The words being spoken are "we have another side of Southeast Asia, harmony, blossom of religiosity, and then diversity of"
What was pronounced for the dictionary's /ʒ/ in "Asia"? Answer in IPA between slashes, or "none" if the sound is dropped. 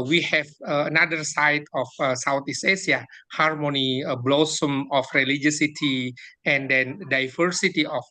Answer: /s/